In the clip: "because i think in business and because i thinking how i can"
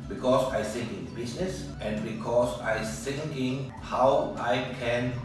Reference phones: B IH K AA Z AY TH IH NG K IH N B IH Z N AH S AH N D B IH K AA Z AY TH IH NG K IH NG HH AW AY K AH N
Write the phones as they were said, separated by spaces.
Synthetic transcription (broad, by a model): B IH K AA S AY S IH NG IH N B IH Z N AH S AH N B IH K AA S AY S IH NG IH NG HH AW AY K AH N